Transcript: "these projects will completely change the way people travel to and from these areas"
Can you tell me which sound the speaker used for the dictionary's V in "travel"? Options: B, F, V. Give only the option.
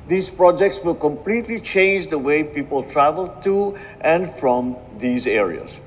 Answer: V